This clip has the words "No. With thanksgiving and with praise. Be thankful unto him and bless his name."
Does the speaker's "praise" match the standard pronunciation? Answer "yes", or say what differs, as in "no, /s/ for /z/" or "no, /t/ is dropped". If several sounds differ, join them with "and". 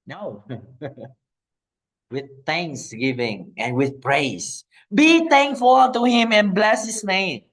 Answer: no, /s/ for /z/